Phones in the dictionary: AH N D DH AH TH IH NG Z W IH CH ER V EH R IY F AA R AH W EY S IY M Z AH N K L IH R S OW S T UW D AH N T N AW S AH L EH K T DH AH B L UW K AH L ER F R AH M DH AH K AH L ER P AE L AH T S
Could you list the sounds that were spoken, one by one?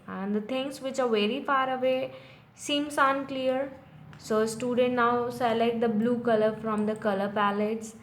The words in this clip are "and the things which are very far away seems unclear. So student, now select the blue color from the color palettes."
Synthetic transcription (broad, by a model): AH N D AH T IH NG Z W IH CH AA V EH R IY F AA R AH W EY S IY M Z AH N K L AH R S OW S T UW D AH N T N AW S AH L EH T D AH B L UW K AH L ER F R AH M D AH K AH L ER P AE L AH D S